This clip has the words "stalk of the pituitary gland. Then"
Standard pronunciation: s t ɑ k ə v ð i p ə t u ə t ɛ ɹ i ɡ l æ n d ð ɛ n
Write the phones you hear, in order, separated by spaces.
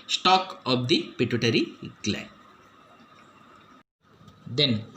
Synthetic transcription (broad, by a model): s t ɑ k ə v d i p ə t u t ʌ ɹ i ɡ l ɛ d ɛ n